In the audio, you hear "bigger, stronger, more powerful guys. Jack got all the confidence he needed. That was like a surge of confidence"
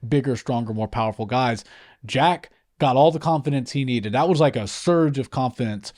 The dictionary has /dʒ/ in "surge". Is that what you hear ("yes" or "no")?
yes